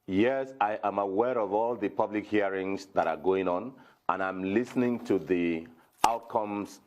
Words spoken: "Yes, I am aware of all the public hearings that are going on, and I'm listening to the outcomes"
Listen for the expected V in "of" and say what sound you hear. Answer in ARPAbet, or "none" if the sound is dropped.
V